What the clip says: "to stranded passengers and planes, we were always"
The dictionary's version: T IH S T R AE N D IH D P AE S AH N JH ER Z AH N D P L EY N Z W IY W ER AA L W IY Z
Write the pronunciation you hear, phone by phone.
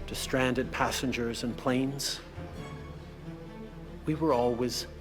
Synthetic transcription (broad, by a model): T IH S T R AE N D IH D P AE S AH N JH ER Z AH N P L EY N Z W IY W ER AA L W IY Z